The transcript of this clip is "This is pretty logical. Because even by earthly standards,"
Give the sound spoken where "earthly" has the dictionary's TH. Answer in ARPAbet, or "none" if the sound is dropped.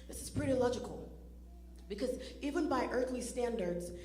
TH